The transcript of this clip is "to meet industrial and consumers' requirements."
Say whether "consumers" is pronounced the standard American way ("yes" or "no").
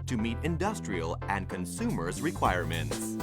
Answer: yes